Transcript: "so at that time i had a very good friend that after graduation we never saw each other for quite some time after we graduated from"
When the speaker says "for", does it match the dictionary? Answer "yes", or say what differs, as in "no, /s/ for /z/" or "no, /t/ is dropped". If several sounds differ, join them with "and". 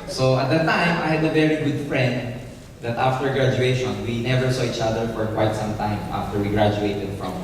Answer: yes